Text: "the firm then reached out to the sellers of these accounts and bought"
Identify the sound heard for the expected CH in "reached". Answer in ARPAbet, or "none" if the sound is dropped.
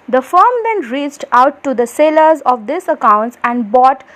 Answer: CH